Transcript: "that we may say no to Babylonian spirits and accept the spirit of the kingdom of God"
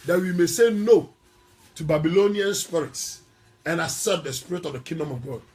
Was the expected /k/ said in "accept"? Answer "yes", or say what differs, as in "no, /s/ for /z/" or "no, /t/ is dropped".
no, /k/ is dropped